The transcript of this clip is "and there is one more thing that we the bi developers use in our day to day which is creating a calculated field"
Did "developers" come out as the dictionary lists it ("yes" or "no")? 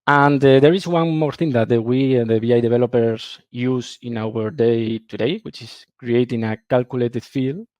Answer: no